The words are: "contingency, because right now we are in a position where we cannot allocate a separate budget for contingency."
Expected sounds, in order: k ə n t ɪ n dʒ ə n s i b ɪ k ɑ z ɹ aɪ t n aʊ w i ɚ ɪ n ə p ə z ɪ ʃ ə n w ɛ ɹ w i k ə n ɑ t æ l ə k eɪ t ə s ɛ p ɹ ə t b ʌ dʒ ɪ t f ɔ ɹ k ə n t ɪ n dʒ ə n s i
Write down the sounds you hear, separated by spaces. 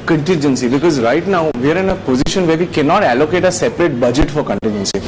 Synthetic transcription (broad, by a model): k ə n t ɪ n dʒ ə n s i b ɪ k ɑ z ɹ aɪ t n aʊ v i ɚ ɪ n ə p ə z ɪ ʃ ə n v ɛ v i k ə n ɑ t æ l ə k eɪ t ə s ɛ p ɹ ə t b ʌ dʒ ɪ t f ɔ ɹ k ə n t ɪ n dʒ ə n s i